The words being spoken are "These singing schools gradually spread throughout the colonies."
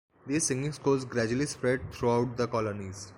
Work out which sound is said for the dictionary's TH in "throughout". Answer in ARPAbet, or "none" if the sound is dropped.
T